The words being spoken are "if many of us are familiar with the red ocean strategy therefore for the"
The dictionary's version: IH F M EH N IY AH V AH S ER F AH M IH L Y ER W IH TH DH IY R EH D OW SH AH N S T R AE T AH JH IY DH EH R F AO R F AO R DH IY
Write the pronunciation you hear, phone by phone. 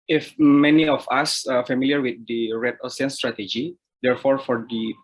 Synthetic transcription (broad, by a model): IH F M EH N IY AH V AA S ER F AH M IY L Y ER W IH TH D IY R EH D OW S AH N S T R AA T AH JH IY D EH R F AO R F AO R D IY